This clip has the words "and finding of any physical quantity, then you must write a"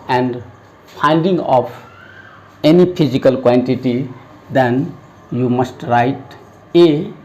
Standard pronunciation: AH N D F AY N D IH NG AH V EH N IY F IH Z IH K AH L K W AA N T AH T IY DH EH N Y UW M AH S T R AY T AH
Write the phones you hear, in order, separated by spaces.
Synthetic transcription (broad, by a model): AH N D P AY N D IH NG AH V EH N IY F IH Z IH K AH L K W AA N T AH T IY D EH N Y UW M AH S T R AY T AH